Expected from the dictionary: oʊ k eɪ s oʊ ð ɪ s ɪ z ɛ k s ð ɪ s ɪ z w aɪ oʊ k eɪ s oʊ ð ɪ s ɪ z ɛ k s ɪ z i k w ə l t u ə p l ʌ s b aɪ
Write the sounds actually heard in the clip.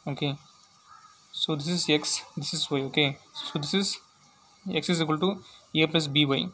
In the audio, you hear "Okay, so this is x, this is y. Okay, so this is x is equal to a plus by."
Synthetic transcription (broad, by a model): oʊ k eɪ s oʊ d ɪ s ɪ z ɛ k s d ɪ s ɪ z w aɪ oʊ k eɪ s oʊ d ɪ s ɪ z ɛ k s ɪ z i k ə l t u ə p ʌ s b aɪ